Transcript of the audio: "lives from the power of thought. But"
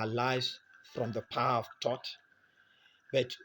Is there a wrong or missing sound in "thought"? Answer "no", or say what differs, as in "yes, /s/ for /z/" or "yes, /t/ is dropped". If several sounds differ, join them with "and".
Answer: yes, /t/ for /θ/